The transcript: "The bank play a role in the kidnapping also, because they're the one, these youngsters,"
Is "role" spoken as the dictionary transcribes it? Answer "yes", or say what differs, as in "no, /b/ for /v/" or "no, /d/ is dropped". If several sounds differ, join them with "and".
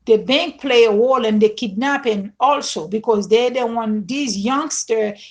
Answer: no, /w/ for /ɹ/